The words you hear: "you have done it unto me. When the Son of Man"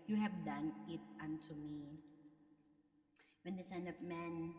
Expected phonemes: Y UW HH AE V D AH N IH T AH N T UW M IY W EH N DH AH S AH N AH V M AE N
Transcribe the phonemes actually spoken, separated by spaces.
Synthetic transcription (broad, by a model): Y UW HH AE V D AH N IH T AH N T UW M IY W EH N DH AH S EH N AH P M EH N